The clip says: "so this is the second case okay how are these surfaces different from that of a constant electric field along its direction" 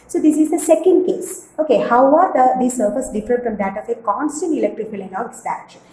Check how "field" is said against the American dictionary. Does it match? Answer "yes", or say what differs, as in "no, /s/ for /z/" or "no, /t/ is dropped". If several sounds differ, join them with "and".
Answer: no, /d/ is dropped